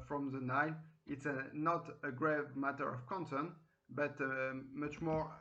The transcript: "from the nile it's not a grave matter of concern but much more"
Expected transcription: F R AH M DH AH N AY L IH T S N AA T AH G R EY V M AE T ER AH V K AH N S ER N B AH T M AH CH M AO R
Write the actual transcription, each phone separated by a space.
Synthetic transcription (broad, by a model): F R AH M DH AH N AY N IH T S N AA T AH G R EY V M AE T ER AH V K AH N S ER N B AH T M AH CH M AO R